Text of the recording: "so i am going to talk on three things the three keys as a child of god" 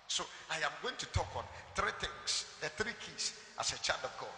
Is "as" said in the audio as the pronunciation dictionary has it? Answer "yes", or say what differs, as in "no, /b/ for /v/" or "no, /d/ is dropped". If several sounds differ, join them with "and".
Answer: no, /s/ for /z/